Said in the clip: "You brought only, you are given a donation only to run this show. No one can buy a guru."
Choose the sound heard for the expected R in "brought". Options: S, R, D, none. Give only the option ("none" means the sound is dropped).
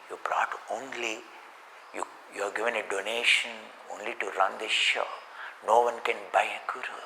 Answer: R